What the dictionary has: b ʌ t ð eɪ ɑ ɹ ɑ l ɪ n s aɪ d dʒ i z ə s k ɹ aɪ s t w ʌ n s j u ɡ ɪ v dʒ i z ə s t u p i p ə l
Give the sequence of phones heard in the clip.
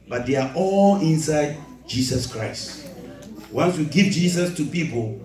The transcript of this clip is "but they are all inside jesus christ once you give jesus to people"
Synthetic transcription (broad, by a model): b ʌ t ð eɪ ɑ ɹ ɑ l ɪ n s aɪ d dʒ i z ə s k ɹ aɪ s t w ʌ n s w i ɡ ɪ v dʒ i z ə s t u p i p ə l